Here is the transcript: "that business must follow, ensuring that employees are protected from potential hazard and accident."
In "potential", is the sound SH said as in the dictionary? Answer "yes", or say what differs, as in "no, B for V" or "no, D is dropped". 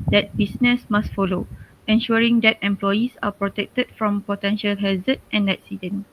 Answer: yes